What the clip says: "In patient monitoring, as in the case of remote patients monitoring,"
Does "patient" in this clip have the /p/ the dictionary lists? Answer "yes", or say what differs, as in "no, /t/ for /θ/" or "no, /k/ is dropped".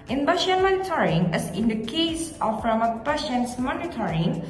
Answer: no, /b/ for /p/